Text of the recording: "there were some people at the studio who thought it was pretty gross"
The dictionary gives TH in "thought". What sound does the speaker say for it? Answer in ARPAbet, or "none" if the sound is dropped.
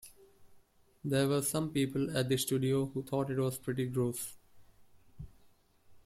T